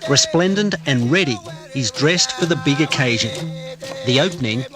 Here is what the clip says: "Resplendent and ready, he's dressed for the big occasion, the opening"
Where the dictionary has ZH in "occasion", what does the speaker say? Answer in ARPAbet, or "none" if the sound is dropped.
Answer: ZH